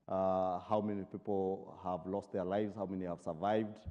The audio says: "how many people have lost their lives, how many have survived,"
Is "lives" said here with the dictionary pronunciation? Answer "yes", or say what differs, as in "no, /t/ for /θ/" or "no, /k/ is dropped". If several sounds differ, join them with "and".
yes